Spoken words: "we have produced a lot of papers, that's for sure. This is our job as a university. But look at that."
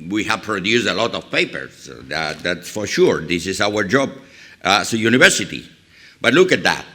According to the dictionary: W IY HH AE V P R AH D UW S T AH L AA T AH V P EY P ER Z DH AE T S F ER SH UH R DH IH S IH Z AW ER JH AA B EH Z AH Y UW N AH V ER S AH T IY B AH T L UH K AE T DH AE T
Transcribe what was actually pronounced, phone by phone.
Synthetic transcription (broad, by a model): W IY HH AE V P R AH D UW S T AH L AA T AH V P EY P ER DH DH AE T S F ER SH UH R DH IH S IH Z AW ER JH AA B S AH Y UW N AH V ER S AH T IY B AH T L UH K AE T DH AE T